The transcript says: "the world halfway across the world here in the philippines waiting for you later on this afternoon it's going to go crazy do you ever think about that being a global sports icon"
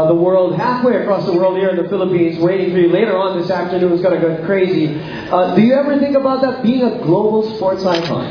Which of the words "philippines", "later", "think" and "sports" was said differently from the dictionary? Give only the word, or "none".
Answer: none